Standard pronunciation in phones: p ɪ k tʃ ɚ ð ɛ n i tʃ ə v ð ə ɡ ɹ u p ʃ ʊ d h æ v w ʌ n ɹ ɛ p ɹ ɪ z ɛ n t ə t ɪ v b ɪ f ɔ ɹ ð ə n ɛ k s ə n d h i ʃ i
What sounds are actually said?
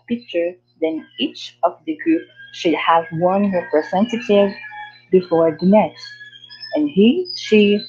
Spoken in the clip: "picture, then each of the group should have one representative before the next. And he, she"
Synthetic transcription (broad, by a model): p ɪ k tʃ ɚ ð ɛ n i tʃ ə v ð ə ɡ ɹ u p ʃ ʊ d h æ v w ʌ n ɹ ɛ p ɹ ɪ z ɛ n t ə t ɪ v b ɪ f ɔ ɹ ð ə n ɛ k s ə n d h i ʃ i